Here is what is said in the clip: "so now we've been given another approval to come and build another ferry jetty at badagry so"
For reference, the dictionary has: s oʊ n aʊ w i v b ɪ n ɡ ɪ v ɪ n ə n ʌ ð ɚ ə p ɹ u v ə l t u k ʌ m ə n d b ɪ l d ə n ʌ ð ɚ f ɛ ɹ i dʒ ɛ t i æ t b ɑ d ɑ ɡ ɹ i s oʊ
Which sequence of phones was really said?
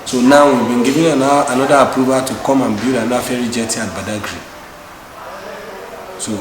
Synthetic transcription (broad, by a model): s oʊ n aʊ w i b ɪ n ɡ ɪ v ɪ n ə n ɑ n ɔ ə p ɹ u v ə t u k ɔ m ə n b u d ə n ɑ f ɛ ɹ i dʒ ɛ t i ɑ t b ɑ d ɑ ɡ ɹ i s oʊ